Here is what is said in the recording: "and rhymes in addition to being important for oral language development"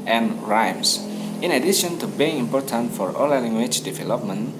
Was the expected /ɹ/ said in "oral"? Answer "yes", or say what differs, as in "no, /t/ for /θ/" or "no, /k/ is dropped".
no, /l/ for /ɹ/